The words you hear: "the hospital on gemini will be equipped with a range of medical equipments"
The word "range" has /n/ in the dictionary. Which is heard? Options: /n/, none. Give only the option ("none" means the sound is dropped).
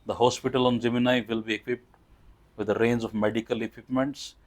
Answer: /n/